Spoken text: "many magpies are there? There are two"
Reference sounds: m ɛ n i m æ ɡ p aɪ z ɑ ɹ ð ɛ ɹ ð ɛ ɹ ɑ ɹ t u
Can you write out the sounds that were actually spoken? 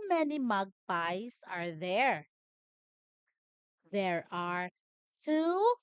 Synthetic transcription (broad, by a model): m ɛ n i m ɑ ɡ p aɪ s ɑ ɹ ð ɛ ɹ ð ɛ ɹ ɑ ɹ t u